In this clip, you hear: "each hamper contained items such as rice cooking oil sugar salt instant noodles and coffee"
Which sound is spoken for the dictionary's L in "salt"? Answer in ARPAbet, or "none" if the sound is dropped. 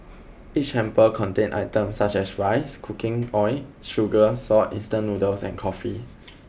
none